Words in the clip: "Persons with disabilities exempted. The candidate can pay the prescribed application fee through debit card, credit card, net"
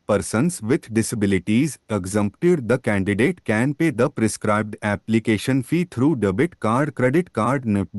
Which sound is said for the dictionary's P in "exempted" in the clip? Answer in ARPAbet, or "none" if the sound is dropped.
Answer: P